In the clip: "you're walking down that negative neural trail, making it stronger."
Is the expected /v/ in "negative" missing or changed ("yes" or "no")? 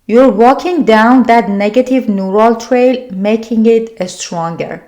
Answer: no